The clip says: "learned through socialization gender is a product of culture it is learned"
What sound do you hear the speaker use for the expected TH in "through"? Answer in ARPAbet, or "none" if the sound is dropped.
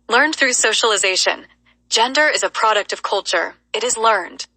TH